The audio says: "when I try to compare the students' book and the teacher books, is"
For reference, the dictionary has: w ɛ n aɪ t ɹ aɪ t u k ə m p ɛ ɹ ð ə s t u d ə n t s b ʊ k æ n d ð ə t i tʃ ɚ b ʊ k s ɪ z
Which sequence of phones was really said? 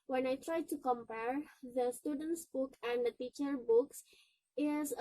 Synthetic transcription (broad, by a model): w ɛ n aɪ t ɹ aɪ t u k ə m p ɛ ɹ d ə s t u d ə n t s b ʊ k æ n d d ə t i tʃ ɚ b ʊ k s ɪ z